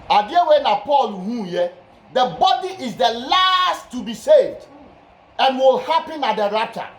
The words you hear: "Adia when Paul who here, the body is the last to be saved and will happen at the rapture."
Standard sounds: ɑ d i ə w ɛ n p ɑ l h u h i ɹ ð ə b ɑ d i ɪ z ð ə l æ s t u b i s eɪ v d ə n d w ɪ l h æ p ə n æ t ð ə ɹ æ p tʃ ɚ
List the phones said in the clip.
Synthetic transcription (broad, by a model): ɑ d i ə w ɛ n p ɑ l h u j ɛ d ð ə b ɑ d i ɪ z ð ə l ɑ s t u b i s eɪ v d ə n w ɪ l h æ p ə n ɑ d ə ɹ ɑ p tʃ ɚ